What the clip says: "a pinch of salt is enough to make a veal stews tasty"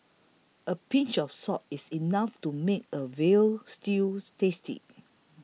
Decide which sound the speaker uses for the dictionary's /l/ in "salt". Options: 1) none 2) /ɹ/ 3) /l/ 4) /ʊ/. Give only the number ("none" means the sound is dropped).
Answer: 1